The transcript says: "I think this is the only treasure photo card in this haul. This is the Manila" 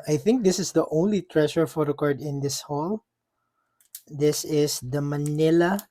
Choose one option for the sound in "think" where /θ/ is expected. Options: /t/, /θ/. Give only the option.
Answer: /θ/